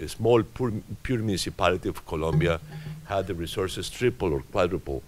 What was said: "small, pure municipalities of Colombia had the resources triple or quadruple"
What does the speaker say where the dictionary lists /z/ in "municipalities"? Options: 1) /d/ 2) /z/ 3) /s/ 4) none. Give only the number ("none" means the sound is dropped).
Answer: 4